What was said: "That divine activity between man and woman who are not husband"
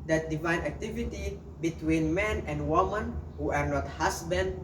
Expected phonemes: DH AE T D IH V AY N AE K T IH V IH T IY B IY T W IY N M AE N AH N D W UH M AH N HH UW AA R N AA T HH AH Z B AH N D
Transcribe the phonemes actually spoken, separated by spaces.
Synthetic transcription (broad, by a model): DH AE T D IH V AY N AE K T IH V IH T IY B IY T W IY N M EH N AH N D W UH M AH N HH UW AA R N AA T HH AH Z B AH N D